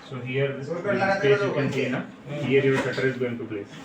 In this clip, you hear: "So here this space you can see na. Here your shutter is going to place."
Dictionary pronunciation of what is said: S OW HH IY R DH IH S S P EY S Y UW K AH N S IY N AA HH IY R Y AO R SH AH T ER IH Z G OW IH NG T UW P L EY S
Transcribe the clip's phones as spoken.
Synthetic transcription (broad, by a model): S OW HH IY R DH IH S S EY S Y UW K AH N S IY N AA HH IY R Y AO R S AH T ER IH Z G OW IH NG T UW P L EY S